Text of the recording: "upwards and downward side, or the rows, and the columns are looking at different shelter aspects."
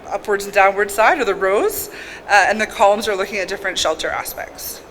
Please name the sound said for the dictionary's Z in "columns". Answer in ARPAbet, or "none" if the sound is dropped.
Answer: Z